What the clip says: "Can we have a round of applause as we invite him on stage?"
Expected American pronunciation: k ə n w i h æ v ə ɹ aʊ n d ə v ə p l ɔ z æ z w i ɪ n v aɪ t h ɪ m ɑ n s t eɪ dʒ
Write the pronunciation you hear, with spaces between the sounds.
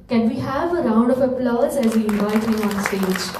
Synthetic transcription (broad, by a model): k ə n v i h æ v ə ɹ aʊ n d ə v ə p l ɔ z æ z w i ɪ n v aɪ t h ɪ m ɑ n s t eɪ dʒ